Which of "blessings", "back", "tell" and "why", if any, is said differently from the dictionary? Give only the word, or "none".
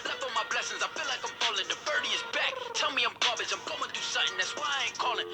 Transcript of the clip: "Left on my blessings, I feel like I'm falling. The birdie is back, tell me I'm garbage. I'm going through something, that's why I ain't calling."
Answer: none